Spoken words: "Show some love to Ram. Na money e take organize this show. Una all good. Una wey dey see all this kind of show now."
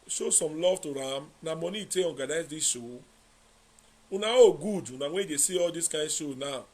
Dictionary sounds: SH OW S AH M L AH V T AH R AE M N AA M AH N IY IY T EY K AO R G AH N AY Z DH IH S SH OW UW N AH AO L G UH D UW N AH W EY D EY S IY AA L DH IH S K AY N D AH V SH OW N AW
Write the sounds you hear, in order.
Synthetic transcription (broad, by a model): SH OW S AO M L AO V T AH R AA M N AA M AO N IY IY T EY AO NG G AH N AY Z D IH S SH OW UW N AH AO G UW D UW N AH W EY D EY S IY AA L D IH S K AY N SH OW N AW